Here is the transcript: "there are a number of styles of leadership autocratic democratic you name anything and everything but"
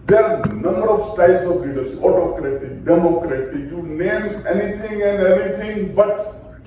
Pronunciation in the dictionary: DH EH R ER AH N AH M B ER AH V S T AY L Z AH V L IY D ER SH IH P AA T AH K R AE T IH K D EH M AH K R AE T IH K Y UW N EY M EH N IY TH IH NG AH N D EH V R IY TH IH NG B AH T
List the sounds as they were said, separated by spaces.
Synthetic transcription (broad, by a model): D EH R N AH M B ER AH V S T AY L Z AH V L IY D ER S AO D T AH K R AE T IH K D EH M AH K R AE T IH K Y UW N EY M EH N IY T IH NG AH N D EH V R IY T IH NG B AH T